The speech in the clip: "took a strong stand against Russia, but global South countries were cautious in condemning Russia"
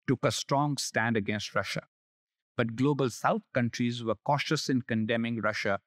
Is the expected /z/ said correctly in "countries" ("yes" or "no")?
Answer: yes